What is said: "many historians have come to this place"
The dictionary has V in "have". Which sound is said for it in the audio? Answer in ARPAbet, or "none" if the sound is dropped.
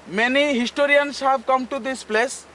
B